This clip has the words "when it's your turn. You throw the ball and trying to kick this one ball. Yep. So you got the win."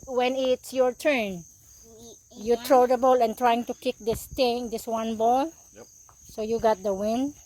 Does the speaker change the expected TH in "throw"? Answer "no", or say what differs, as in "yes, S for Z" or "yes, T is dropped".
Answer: yes, T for TH